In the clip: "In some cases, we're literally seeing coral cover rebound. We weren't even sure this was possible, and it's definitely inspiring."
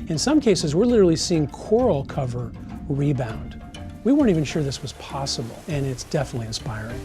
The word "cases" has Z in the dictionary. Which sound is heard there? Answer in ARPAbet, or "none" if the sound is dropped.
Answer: Z